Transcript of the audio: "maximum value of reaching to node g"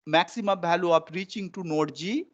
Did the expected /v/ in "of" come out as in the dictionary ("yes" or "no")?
no